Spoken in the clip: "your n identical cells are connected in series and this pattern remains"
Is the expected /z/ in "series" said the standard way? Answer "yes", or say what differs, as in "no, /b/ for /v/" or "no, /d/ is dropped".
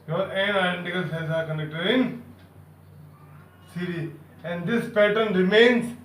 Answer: no, /z/ is dropped